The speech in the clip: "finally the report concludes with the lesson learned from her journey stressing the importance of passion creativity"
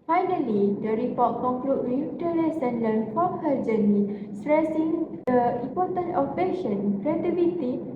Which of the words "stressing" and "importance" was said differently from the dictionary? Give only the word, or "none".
importance